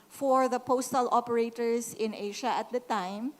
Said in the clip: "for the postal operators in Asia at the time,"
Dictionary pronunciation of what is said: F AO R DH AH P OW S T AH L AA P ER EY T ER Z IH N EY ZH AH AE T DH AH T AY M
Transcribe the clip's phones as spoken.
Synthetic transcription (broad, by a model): F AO R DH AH P OW S T AH L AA P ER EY T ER S IH N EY SH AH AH T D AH T AY M